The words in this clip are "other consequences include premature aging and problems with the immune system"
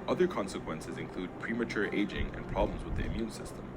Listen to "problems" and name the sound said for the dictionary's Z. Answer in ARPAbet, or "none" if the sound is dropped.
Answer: Z